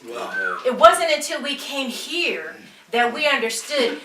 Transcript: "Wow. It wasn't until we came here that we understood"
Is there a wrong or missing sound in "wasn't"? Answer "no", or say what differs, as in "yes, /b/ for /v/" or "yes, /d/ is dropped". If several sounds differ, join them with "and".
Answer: no